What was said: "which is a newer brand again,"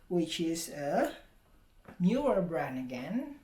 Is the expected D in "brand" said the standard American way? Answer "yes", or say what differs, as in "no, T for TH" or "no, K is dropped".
no, D is dropped